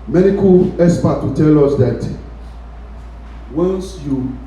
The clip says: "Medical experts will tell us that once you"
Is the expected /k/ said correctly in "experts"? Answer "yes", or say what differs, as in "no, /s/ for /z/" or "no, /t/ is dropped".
no, /k/ is dropped